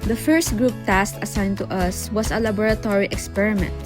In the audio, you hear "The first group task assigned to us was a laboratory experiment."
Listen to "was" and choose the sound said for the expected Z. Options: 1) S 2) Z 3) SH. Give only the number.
1